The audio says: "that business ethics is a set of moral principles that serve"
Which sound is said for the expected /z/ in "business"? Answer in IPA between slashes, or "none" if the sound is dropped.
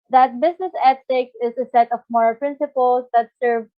/s/